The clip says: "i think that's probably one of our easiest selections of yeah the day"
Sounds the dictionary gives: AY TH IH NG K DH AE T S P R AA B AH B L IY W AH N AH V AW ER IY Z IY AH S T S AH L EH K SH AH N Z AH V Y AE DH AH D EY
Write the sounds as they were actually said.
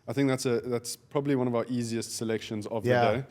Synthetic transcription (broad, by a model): AY TH IH NG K DH AE T S P R AA B AH B L IY W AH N AH V AW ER IY Z IY AH S T S AH L EH K SH AH N Z AH V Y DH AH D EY